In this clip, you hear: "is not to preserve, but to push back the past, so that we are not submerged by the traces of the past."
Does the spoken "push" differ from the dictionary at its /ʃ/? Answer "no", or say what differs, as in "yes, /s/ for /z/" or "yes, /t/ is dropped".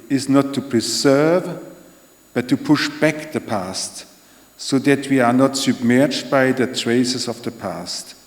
no